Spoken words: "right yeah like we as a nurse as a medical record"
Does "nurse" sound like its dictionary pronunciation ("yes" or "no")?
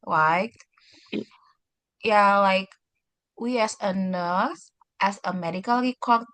no